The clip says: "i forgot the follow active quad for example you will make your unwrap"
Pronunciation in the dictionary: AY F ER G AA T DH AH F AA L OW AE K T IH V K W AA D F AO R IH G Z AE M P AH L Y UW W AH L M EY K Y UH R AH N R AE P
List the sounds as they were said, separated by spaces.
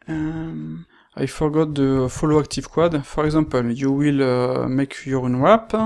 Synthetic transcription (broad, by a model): AY F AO G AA T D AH F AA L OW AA K T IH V K W AA D F AO R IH G Z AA P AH L Y UW W AH L M EY K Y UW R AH N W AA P